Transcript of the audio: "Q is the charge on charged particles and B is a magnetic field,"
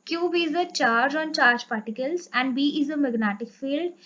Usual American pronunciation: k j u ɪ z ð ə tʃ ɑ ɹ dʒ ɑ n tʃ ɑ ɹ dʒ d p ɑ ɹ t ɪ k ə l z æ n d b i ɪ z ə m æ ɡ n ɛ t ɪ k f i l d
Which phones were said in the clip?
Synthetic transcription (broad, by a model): k j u ɪ z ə tʃ ɑ ɹ dʒ ɑ n tʃ ɑ ɹ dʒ p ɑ ɹ t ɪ k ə l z æ n d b i ɪ z ə m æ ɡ n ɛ t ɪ k f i l d